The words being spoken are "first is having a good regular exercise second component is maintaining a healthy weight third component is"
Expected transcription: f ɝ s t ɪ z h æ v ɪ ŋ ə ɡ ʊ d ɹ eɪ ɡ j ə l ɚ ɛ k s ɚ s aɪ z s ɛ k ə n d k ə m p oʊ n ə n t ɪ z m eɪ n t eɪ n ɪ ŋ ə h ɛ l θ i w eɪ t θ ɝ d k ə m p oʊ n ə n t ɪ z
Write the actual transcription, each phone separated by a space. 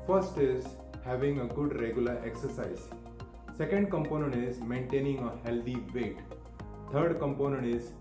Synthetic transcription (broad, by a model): f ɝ s t ɪ z h æ v ɪ ŋ ə ɡ ʊ d ɹ eɪ ɡ j ə l ɚ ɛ k s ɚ s aɪ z s ɛ k ə n d k ə m p oʊ n ə n t ɪ z m eɪ n t eɪ n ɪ ŋ ə h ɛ l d i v eɪ t t ɝ d k ə m p oʊ n ə n t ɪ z